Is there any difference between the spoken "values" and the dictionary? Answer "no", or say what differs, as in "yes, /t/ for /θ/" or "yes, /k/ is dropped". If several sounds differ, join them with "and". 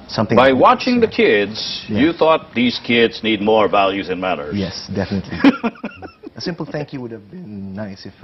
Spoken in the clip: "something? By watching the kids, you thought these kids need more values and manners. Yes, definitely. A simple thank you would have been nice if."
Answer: no